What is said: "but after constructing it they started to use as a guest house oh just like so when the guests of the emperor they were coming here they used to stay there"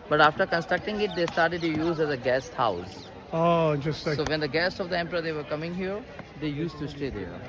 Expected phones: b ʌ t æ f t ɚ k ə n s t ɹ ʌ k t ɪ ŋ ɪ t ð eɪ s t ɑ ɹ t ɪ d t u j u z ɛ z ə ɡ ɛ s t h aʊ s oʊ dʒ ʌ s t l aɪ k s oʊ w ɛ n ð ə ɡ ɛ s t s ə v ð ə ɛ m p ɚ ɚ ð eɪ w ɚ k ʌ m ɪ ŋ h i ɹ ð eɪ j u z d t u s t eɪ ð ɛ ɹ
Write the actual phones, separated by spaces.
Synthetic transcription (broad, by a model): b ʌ t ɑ f t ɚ k ə n s t ɹ ʌ k t ɪ ŋ ɪ t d eɪ s t ɑ ɹ t ɪ d t u j u z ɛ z ə ɡ ɛ s t h aʊ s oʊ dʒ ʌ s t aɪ s oʊ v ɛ n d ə ɡ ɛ s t s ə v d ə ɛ m p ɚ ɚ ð eɪ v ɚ k ʌ m ɪ ŋ h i ɹ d eɪ j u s t u s t eɪ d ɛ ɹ